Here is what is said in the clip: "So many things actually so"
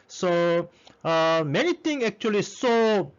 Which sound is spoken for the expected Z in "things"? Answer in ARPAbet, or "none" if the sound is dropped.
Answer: none